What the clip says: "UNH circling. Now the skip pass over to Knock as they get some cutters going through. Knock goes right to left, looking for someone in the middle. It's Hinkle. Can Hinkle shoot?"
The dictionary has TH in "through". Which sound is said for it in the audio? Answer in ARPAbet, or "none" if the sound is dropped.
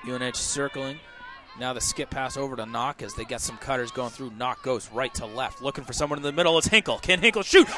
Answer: TH